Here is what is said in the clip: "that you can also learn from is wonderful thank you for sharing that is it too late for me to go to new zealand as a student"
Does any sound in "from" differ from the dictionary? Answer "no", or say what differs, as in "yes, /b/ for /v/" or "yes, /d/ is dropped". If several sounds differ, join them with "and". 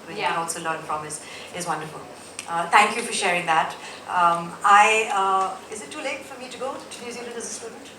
yes, /p/ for /f/